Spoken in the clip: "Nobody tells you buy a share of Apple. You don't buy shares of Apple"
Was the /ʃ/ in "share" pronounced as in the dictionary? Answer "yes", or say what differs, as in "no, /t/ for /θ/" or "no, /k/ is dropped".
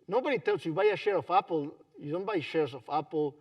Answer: yes